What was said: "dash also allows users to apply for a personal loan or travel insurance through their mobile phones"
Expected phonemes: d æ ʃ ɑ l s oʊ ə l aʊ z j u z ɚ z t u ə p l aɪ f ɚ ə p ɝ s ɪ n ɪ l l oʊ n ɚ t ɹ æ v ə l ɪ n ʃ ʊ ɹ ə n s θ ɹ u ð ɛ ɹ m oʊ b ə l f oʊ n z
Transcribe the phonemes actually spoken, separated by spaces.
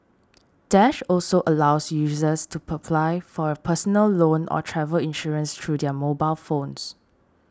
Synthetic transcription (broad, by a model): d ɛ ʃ ɑ l s oʊ ə l aʊ s j u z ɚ s t u ə p l aɪ f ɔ ə p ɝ s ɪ n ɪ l l oʊ n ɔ t ɹ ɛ v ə l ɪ n ʃ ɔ ɹ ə n s t ɹ u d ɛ m oʊ b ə l f oʊ n s